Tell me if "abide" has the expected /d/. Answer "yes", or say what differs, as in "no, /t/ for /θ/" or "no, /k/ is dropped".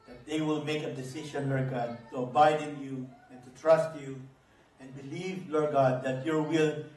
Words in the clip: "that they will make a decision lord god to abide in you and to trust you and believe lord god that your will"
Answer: yes